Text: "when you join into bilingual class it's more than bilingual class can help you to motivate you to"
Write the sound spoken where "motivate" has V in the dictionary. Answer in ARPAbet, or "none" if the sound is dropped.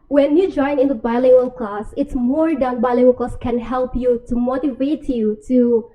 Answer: V